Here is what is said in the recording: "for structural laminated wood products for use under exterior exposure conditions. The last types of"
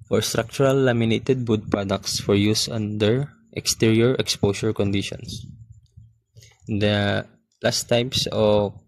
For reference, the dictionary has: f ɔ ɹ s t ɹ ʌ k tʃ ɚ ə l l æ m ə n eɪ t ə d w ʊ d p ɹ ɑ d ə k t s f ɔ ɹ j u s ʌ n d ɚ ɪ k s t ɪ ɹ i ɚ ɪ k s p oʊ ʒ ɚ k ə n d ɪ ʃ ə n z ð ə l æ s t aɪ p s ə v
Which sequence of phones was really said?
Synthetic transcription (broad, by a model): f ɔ ɹ s t ɹ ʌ k tʃ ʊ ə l l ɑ m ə n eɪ t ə d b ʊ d p ɹ ɑ d ə k t s f ɔ ɹ j u s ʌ n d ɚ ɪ k s t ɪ ɹ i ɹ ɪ k s p oʊ ʃ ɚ k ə n d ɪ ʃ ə n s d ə l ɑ s t aɪ p s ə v